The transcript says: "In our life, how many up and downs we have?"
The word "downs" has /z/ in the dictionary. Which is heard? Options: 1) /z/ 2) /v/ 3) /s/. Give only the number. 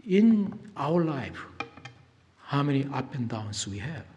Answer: 3